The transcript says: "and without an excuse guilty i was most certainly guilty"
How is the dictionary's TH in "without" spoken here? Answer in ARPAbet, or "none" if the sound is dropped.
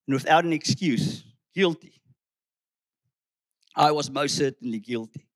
TH